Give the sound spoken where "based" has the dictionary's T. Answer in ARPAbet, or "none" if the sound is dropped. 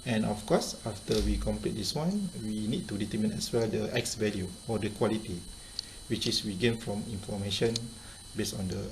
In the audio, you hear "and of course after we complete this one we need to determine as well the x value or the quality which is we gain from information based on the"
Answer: none